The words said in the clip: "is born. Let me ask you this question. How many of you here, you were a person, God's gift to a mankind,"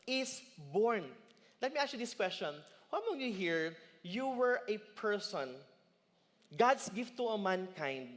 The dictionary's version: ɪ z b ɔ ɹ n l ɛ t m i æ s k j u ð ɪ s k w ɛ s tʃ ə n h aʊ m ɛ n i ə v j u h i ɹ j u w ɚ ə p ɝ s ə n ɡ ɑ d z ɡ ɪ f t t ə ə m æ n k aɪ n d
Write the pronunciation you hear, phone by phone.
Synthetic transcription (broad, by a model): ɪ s b ɔ ɹ n l ɛ t m i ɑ k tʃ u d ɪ s k w ɛ s tʃ ə n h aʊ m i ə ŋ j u h i ɹ j u w ɚ ə p ɝ s ə n ɡ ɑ d s ɡ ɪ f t t ə ə m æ n k aɪ n d